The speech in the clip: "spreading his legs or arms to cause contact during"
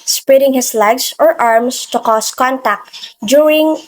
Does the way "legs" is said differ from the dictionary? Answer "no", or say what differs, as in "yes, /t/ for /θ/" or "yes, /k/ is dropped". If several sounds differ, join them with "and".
yes, /s/ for /z/